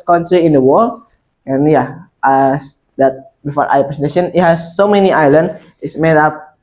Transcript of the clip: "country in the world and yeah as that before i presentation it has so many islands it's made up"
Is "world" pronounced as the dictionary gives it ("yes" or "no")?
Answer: no